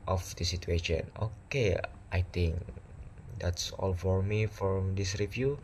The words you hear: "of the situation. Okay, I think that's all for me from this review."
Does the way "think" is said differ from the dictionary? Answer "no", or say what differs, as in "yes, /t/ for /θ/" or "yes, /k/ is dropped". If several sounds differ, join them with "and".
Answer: yes, /t/ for /θ/